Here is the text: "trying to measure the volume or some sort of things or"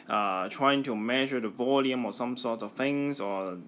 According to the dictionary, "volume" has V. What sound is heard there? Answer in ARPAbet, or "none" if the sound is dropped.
V